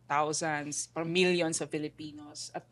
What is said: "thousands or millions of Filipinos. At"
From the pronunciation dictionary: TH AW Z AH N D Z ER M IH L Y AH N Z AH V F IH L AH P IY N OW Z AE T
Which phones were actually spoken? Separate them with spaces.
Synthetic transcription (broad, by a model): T AW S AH N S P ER M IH L Y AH N S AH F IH L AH P IY N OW S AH T